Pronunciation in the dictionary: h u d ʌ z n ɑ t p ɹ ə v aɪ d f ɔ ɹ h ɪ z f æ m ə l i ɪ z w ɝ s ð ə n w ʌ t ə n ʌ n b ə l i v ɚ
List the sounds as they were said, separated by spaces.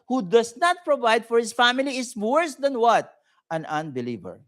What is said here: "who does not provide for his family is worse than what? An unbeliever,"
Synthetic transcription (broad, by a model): h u d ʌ s n ɑ t p ɹ ə v aɪ d f ɔ ɹ h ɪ s f æ m ə l i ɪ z w ɝ s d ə n w ʌ t ə n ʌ n b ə l i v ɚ